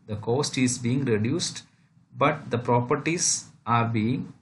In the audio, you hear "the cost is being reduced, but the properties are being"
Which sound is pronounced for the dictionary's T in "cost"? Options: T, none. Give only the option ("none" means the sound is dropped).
T